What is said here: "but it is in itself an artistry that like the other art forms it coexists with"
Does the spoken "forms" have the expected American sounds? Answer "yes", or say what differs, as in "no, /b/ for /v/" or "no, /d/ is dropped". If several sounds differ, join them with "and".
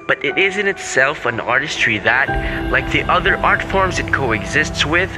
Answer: yes